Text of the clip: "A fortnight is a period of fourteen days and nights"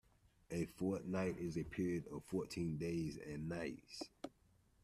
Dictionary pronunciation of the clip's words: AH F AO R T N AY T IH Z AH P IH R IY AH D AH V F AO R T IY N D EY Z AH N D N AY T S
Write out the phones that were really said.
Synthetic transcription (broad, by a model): AH F AO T N AY T IH Z AH P IH R IY AH D AH V F AO T IY N D EY Z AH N N AY T S